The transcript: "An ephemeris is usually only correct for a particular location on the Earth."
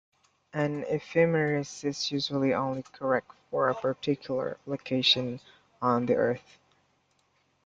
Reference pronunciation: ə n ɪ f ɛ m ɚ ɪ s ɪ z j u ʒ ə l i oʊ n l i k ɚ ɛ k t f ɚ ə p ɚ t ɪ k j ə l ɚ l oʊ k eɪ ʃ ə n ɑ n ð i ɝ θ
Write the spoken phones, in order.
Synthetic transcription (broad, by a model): ə n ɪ f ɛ m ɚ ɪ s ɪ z j u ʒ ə l i oʊ n l i k ɚ ɛ k t f ɚ ə p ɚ t ɪ k j l ɚ l oʊ k eɪ ʃ ə n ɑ n ð i ɝ θ